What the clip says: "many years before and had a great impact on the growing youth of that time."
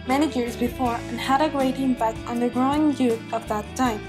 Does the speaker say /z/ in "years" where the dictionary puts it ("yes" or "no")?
yes